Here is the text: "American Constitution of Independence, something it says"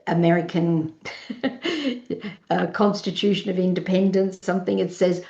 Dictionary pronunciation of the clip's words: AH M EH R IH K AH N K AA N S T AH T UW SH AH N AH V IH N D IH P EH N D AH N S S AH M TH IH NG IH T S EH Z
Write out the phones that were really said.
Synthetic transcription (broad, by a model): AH M EH R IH K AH N K AA N S T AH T UW SH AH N AH V IH N D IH P EH N D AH N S S AH M TH IH NG IH T S EH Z